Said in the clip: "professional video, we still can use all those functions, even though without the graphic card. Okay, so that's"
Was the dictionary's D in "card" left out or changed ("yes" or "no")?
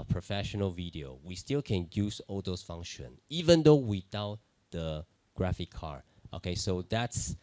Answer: yes